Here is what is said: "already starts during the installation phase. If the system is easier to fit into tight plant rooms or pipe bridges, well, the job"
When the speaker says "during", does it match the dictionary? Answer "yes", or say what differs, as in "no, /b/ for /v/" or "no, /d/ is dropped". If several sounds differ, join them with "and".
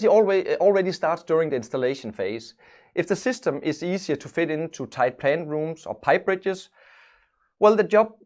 yes